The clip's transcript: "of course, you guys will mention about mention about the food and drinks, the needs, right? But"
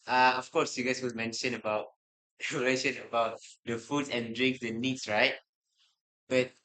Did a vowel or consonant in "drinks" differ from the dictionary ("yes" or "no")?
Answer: no